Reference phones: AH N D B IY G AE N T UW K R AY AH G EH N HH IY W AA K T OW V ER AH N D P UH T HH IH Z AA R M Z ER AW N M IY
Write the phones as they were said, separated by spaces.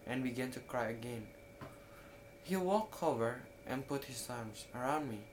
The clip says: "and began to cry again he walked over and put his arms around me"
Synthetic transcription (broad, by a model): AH N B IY G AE N T UW K R AY AH G EH N HH IY W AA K OW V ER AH N P UH T HH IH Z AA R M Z ER AW N M IY